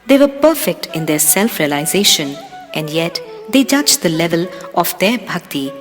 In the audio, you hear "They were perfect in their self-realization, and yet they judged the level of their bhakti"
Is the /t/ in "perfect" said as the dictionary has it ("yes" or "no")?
yes